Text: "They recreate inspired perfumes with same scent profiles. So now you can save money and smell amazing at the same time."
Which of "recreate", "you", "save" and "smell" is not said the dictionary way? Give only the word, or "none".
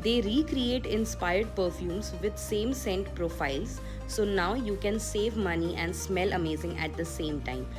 none